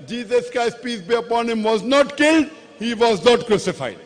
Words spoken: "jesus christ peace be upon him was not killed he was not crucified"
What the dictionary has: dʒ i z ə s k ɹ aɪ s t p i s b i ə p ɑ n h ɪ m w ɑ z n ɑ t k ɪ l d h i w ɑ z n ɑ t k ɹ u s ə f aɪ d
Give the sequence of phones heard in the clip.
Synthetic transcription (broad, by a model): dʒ i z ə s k aɪ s p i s b i ə p ɑ n h ɪ m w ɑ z n ɑ t k ɪ l d h i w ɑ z n ɑ t k ɹ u s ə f aɪ d